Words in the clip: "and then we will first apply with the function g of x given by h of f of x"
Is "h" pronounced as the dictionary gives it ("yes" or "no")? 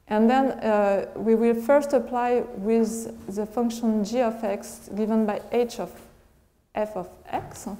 yes